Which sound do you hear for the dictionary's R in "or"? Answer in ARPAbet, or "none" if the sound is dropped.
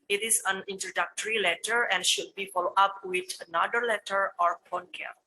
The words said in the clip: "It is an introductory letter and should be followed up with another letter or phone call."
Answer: R